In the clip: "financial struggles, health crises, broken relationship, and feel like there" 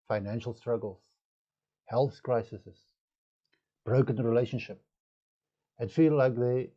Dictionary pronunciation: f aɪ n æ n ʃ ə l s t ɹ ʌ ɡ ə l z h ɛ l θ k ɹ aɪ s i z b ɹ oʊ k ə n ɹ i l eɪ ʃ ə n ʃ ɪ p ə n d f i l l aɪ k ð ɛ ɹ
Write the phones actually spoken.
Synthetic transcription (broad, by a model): f aɪ n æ n ʃ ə l s t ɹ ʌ ɡ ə l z h ɛ l θ k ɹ aɪ s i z b ɹ oʊ k ə n ɹ i l eɪ ʃ ə n ʃ ɪ p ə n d f i l l aɪ k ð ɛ